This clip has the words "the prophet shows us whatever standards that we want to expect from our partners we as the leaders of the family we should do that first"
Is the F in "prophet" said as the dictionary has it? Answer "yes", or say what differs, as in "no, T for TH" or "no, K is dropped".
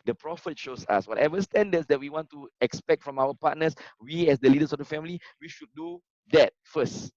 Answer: yes